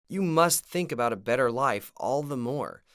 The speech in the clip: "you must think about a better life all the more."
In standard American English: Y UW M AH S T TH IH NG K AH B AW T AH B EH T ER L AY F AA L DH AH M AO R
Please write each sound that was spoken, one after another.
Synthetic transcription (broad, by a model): Y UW M AH S T TH IH NG K AH B AW T AH B EH T ER L AY F AA L DH AH M AO R